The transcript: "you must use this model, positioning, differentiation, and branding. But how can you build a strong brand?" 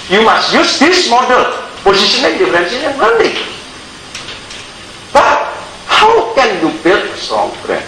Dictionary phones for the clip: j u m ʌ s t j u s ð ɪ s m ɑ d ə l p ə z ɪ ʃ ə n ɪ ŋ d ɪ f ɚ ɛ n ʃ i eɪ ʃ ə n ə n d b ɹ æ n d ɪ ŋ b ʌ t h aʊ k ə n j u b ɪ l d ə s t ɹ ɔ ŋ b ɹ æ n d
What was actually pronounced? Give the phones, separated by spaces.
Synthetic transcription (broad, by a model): j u m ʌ s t j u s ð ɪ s m ɑ d ə l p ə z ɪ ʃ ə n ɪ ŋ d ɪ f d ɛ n s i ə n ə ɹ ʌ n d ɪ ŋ b ʌ t h aʊ k ə n j u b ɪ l ə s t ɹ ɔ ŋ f ɹ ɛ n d